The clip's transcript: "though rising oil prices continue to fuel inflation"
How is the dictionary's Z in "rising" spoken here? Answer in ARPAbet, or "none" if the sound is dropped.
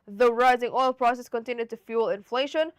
Z